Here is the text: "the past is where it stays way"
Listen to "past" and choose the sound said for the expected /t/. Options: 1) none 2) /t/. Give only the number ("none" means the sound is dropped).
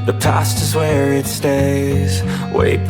2